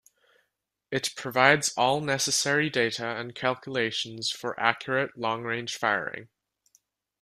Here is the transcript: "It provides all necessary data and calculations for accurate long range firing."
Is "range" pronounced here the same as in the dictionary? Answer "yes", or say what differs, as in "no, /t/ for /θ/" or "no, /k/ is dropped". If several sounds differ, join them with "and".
no, /ʒ/ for /dʒ/